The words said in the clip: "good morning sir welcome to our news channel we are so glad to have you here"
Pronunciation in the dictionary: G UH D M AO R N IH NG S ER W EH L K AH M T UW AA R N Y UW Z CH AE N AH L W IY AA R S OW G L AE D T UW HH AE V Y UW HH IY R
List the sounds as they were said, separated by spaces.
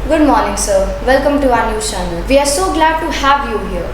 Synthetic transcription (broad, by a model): G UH D M AO R N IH NG S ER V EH L K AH M T UW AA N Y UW CH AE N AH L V IY AA R S OW G L AE D T UW HH AE V Y UW HH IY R